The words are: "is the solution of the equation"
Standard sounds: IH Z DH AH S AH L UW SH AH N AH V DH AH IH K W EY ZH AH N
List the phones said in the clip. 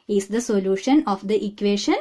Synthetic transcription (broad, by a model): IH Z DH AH S AH L UW SH AH N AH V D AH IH K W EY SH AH N